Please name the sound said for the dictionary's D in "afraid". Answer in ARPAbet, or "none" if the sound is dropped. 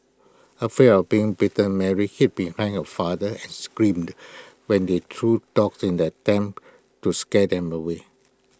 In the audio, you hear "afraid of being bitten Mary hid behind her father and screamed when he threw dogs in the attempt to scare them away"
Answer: none